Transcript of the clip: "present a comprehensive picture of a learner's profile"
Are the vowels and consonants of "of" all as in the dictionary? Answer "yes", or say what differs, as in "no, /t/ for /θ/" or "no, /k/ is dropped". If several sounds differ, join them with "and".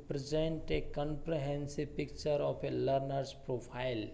no, /p/ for /v/